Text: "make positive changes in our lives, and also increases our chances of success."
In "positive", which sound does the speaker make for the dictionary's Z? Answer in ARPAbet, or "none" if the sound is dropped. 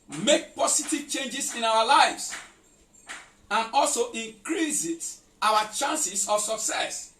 S